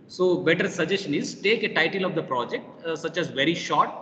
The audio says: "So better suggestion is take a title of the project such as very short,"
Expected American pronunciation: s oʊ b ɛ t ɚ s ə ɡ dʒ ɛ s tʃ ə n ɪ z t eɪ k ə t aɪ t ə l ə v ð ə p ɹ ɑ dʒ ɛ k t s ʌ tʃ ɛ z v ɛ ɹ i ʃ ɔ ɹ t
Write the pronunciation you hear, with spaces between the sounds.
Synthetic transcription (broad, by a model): s oʊ b ɛ t ɚ s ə dʒ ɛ s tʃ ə n ɪ z t eɪ k ə t aɪ t ə l ə v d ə p ɹ ɑ dʒ ɛ k t s ʌ tʃ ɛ z v ɛ ɹ i ʃ ɔ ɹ t